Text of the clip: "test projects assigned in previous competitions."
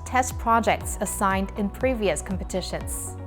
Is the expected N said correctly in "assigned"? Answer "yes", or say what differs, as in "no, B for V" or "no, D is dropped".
yes